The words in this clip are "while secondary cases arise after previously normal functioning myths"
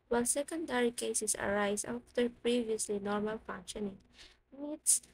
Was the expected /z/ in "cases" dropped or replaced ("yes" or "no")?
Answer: yes